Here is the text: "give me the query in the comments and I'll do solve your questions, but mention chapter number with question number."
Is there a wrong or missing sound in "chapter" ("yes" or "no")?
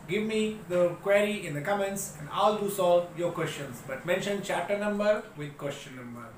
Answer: yes